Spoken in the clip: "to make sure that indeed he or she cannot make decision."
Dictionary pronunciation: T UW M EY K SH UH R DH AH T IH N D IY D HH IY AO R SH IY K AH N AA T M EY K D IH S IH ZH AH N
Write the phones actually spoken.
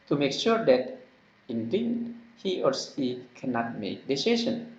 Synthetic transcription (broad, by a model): T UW M EY K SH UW R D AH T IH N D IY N HH IY AO R S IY K AH N AA T M EY K D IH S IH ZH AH N